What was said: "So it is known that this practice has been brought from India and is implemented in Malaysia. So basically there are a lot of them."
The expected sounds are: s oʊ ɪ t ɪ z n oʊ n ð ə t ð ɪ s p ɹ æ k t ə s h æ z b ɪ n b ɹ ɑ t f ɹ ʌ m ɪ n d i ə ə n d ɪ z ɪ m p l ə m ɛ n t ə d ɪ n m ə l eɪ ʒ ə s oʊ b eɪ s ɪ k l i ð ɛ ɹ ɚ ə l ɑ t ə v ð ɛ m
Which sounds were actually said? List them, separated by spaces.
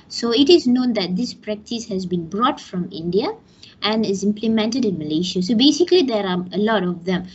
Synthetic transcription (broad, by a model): s oʊ ɪ t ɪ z n oʊ n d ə t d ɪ s p ɹ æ k t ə s h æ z b ɪ n b ɹ ɑ t f ɹ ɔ m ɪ n d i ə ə n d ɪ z ɪ m p l ə m ɛ n t ə d ɪ n m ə l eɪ ʃ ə s oʊ b eɪ s ɪ k l i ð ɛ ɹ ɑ ə l ɑ t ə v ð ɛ m